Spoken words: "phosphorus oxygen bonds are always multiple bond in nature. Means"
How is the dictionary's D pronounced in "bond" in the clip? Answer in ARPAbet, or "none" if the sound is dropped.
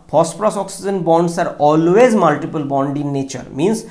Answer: D